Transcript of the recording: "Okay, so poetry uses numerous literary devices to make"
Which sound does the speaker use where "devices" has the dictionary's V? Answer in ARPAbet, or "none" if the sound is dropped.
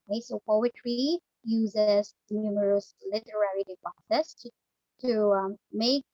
P